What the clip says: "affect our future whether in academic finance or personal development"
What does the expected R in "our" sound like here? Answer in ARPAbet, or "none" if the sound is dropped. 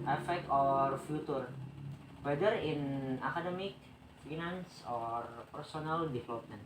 R